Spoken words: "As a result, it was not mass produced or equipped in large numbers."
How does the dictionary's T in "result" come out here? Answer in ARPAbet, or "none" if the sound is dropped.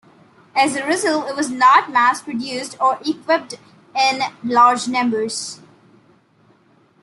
none